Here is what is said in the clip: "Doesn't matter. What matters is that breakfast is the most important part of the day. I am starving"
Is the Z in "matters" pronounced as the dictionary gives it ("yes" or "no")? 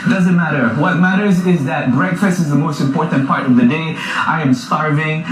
yes